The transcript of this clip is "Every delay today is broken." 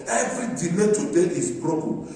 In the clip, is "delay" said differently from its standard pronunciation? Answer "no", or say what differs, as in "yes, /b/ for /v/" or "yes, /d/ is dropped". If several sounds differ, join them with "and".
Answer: yes, /n/ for /l/